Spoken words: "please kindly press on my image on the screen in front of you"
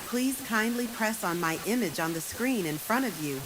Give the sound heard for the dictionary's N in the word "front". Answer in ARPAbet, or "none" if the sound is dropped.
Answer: none